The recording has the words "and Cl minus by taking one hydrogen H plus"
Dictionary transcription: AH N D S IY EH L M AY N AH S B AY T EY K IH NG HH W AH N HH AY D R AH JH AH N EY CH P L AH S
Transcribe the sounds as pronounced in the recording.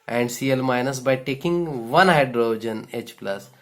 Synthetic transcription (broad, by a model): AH N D S IY EH L M AY N AH S B AY T EY K IH NG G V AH N HH AY D R AH JH AH N EY CH P L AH S